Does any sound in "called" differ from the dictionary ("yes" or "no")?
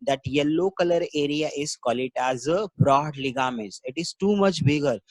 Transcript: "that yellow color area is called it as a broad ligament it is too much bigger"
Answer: yes